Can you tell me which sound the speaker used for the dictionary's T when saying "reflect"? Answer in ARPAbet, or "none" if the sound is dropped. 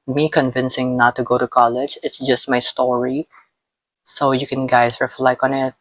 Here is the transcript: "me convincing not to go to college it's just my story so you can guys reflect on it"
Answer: none